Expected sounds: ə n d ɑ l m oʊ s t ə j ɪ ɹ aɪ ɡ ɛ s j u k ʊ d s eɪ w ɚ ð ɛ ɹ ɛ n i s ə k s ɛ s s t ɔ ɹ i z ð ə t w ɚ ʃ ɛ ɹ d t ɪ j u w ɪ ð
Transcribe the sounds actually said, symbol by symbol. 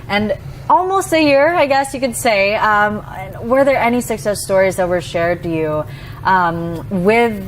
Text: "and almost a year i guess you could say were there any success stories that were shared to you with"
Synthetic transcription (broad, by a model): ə n ɑ l m oʊ s t ə j ɪ ɹ aɪ ɡ ɛ s j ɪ k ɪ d s eɪ w ɚ ð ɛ ɹ ɛ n i s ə k s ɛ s s t ɔ ɹ i z ð ə t w ɚ ʃ ɛ ɹ d t ɪ j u w ɪ ð